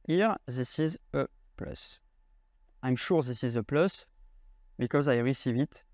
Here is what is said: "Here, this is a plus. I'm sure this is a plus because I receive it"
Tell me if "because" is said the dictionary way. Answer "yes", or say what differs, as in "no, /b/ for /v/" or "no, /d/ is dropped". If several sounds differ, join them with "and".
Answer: yes